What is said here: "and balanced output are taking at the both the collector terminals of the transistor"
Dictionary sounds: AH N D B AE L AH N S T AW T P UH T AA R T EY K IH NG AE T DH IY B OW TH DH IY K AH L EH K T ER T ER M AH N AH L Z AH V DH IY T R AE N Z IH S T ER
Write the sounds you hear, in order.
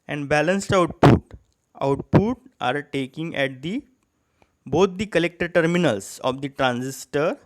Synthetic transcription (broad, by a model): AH N D B AE L AH N S T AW T P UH T AA R T EY K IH NG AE T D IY B OW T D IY K AH L EH K T ER T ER M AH N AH L S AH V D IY T R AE N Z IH S T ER